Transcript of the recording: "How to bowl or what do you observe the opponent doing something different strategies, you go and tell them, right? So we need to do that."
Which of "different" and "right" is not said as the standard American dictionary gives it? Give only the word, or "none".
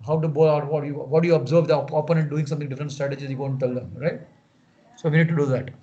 different